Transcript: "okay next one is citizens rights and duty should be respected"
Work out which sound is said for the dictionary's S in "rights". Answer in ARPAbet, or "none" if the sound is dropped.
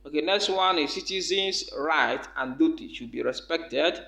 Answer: none